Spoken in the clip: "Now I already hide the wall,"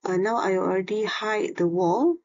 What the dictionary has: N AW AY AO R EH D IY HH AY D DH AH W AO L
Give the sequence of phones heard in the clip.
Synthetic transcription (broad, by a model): N AW AY AO R EH D IY HH AY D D AH W AO L